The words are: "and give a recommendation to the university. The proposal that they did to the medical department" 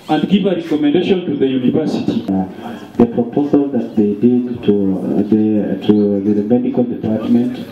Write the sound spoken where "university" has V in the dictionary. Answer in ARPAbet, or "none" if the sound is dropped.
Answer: V